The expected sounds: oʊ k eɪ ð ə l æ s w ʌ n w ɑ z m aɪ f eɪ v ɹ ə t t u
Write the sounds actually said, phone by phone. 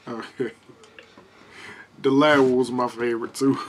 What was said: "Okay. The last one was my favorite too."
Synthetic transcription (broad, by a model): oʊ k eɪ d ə l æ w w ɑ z m aɪ f eɪ v ɹ ə t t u